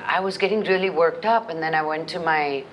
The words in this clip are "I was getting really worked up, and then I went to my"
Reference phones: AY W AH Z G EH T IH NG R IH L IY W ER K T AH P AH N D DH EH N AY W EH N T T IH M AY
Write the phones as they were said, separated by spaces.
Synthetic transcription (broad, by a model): AY W AH Z G EH T IH NG R IH L IY W ER K T AH P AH N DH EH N AY W EH N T T IH M AY